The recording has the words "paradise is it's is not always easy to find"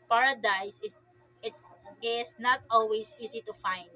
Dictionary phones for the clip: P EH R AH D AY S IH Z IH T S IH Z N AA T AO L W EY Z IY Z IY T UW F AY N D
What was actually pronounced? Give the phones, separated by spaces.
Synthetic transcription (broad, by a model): P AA R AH D AY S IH IH T S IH S N AA T AO L W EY S IY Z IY T UW F AY N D